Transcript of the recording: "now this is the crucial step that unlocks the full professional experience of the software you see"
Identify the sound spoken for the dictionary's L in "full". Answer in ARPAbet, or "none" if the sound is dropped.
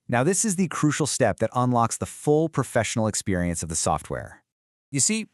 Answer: L